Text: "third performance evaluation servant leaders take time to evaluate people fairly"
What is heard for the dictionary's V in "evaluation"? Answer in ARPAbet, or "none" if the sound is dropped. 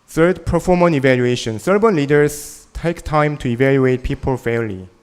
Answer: V